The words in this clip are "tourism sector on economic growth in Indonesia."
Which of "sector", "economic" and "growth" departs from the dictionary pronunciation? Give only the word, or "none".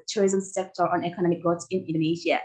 growth